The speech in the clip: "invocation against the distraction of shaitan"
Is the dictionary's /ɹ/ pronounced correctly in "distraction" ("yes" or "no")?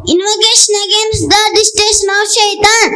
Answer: no